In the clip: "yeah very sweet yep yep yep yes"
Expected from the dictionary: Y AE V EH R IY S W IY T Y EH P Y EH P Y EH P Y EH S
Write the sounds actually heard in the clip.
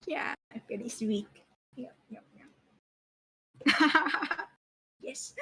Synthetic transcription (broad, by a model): Y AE F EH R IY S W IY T Y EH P Y EH P Y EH Y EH S